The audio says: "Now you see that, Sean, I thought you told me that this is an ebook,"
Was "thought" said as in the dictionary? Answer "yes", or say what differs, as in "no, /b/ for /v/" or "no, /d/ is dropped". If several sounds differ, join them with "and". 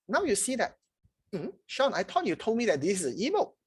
no, /t/ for /θ/